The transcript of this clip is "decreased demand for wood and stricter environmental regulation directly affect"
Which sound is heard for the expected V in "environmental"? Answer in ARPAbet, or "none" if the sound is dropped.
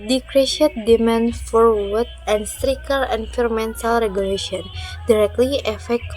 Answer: F